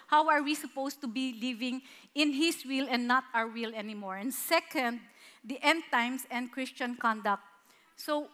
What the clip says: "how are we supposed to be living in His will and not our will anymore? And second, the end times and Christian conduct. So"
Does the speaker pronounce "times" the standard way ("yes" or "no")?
no